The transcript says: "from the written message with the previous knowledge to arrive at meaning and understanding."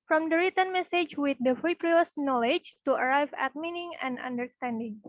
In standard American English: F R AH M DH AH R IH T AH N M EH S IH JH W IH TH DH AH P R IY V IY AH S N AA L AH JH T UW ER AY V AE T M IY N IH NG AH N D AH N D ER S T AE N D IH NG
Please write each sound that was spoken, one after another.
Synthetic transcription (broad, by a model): F R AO M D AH R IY T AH N M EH S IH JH W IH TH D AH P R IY P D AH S N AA L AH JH T UW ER AY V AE T M IY N IH NG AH N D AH N D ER S T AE N D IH NG